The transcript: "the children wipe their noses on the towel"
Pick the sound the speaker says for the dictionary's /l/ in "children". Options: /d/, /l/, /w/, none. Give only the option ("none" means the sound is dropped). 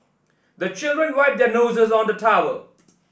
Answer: /l/